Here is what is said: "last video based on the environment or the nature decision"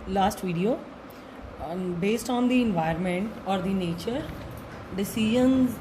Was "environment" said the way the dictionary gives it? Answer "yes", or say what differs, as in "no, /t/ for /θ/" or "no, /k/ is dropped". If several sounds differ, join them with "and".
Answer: no, /ɹ/ is dropped